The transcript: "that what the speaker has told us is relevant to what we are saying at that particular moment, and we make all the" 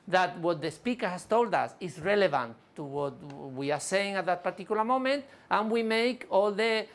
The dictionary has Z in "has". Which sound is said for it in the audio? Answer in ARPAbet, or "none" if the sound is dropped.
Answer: S